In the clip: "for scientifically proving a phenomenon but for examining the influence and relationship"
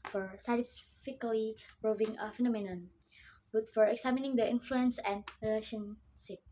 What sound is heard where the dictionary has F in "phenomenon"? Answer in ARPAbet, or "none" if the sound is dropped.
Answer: F